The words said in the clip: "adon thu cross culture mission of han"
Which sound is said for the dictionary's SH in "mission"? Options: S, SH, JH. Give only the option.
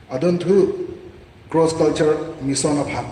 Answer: S